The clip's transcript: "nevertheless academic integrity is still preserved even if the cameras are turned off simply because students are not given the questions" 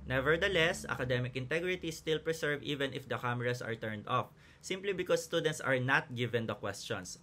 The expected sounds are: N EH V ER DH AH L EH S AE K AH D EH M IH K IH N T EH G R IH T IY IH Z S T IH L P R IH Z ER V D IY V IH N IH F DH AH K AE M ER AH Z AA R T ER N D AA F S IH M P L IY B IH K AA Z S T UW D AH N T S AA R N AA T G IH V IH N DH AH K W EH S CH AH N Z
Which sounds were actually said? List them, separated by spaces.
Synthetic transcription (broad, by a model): N EH V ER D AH L EH S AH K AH D EH M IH K IH N T EH G R IH T IY S T IH L P R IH S ER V IY V IH N IH F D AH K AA M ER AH S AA R T ER N D AA F S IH M P L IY B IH K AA S T UW D AH N T S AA R N AA T G IH V IH N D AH K W EH S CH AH N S